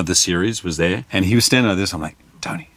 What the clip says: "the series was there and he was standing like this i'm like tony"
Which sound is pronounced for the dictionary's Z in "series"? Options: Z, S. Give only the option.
Z